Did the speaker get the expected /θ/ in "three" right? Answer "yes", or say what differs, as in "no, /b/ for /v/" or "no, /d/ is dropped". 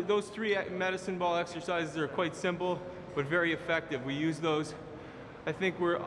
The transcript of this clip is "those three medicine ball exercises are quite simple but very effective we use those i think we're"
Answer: yes